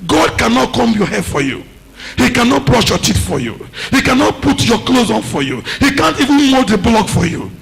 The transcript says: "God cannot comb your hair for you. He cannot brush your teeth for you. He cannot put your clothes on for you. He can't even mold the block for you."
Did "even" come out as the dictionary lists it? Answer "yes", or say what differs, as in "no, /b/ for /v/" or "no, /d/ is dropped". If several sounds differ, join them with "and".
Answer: yes